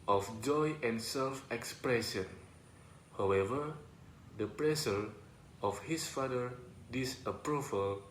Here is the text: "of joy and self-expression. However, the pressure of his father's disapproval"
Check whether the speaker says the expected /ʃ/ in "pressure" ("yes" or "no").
no